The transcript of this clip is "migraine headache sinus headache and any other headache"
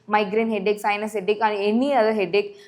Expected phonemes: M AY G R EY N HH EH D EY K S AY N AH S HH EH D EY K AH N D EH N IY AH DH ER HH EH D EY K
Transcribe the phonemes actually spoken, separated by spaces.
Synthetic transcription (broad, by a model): M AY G R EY N HH EH D EY K S AY N AH S HH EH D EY K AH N EH N IY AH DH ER HH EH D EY K